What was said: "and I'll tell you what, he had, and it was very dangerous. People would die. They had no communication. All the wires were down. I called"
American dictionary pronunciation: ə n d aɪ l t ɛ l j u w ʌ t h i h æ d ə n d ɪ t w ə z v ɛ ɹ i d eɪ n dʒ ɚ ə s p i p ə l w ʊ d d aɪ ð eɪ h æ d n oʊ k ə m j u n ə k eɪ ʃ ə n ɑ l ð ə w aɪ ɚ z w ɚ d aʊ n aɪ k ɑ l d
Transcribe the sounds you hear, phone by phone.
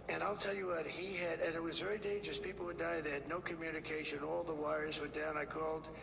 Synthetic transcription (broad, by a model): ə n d aɪ l t ɛ l j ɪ w ʌ t h i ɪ d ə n ɪ t w ə z v ɛ ɹ i d eɪ n dʒ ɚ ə s p i p l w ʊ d d aɪ ð eɪ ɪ d n oʊ k ə m j u n ə k eɪ ʃ ə n ɑ l ð ə w aɪ ɚ z w ɚ d aʊ n aɪ k ɑ l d